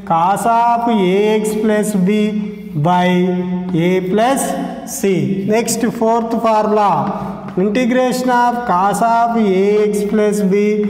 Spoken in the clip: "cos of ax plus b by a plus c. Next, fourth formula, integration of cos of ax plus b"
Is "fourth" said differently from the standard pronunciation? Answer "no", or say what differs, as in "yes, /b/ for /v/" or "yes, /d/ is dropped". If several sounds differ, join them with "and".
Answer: yes, /p/ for /f/